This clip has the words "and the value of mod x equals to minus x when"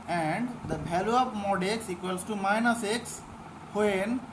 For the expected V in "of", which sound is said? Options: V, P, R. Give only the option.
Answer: P